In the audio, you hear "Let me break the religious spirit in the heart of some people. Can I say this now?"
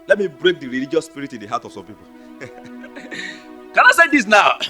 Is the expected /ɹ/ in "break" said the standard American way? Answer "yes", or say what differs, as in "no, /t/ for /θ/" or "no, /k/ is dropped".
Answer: yes